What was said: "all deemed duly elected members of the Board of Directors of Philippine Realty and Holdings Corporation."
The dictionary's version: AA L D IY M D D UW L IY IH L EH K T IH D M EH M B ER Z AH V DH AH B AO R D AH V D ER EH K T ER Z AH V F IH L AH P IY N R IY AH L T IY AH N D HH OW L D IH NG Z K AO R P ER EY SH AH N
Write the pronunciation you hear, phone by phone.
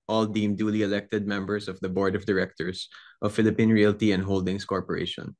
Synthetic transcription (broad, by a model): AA L D IY M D D UW L IY IH L EH K T IH D M EH M B ER S AH V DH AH B AO R D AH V D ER EH K T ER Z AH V F IH L AH P IY N R IY AH L T IY AH N D HH OW L D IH NG S K AO R P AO EY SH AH N